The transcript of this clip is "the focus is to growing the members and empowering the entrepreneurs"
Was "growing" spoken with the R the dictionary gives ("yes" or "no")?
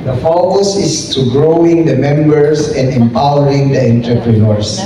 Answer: yes